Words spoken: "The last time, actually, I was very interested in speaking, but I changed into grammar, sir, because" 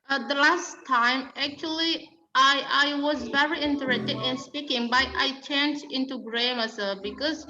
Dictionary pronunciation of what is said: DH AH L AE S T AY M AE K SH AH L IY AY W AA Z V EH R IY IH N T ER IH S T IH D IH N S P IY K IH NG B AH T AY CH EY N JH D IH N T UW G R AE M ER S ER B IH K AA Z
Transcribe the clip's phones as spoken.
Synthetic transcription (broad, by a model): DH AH L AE S T AY M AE K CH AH L IY AY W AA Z V EH R IY IH N T ER IH S T IH D IH N S P IY K IH NG B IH T AY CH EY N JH IH N T UW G R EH M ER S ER B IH K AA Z